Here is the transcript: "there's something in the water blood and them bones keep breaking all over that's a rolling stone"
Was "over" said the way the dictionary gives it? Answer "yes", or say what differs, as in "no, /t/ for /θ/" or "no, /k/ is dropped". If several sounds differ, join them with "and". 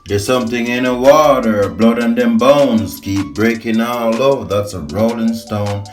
no, /v/ is dropped